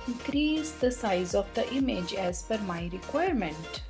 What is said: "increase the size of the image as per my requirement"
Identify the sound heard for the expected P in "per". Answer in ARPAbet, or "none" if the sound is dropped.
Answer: F